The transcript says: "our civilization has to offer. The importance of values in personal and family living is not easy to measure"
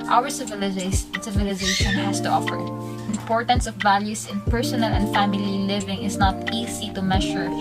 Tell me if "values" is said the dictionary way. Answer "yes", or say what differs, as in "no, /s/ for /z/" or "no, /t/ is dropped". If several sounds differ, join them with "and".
no, /s/ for /z/